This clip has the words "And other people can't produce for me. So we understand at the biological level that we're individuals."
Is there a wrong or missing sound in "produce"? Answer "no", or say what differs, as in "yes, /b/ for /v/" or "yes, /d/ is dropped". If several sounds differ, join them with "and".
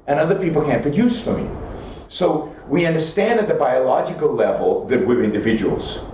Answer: no